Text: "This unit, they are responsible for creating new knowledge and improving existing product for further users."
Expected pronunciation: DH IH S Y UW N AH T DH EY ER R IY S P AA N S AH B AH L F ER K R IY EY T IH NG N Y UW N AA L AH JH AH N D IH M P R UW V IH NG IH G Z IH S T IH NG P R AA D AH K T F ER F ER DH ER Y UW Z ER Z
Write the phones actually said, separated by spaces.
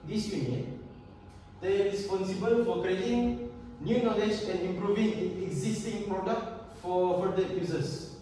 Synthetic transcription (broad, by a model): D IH S Y UW N AH T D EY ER R IY S P AA N S AH B AH L F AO K R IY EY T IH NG N Y UW N AA L AH JH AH N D IH M P R UW V IH NG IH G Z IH S T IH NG P R AA D AH K T F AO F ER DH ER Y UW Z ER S